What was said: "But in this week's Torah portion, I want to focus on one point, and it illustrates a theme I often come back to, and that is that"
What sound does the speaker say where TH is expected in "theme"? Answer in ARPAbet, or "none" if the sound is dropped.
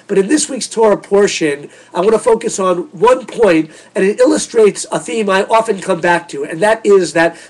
TH